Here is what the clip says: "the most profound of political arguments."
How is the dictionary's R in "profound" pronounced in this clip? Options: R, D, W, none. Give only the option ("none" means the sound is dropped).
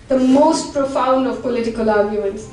R